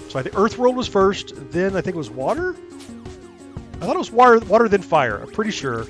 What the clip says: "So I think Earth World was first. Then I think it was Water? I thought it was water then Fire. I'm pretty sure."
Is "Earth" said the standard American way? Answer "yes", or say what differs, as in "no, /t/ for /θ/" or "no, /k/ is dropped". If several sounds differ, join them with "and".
yes